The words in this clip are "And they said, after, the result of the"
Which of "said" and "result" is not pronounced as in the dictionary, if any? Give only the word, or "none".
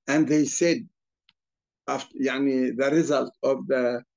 none